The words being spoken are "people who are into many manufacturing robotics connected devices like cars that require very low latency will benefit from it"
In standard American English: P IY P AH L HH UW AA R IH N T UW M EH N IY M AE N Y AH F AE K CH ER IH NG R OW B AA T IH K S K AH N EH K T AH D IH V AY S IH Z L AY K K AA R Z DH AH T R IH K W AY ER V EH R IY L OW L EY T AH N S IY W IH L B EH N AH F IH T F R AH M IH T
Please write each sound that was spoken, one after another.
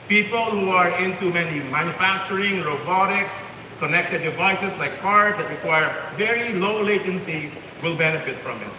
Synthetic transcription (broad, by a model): P IY P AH L HH UW AA R IH N T UW M EH N IY M AE N Y AH F AE K CH ER IH NG R OW B AA T IH K S K AH N EH K T AH D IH V AY S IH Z L AY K K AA R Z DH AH T R IH K W AY ER V EH R IY L OW L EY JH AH N S IY W IH L B EH N AH F IH T F R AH M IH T